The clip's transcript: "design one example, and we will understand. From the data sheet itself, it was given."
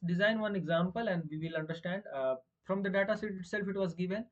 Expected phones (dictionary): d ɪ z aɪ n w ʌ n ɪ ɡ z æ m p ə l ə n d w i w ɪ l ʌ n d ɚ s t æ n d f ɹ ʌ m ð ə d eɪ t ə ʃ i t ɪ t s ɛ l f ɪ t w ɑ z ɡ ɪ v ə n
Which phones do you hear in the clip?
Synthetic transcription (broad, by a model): d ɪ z aɪ n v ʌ n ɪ ɡ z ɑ m p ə l ə n d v i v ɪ l ʌ n d ɚ s t æ n d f ɹ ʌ m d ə d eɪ t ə s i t ɪ t s ɛ l f ɪ t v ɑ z ɡ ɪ v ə n